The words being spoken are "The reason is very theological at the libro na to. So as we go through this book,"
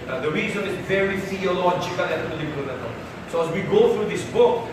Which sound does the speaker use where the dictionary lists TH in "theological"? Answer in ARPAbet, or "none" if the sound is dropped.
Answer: F